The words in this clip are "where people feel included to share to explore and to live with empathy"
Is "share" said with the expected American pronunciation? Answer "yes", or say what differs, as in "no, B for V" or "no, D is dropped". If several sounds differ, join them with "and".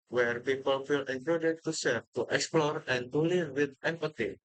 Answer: no, S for SH